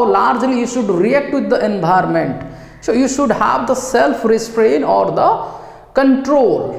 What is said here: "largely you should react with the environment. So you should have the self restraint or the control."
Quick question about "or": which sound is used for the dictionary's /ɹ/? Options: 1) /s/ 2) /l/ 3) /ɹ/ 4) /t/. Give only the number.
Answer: 3